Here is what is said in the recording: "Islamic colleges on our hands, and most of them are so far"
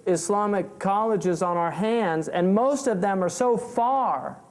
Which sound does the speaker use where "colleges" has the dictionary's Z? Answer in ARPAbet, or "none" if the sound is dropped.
Z